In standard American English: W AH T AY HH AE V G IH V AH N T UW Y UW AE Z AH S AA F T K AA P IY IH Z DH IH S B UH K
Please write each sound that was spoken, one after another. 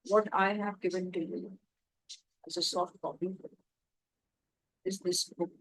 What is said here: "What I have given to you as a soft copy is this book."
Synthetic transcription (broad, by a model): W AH T AY HH AE V G IH V AH N T UW Y UW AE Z AH S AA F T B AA B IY IH Z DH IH S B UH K